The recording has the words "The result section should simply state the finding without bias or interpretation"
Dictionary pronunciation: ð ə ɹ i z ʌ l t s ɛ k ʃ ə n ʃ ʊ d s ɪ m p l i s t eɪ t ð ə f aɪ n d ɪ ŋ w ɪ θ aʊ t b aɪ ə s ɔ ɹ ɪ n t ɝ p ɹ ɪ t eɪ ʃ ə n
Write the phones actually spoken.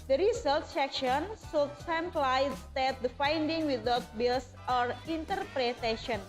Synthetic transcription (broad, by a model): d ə ɹ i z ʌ l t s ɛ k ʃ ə n s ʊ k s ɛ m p l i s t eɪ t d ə f aɪ n d ɪ ŋ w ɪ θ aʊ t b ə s ɔ ɹ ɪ n t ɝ p ɹ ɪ t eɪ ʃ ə n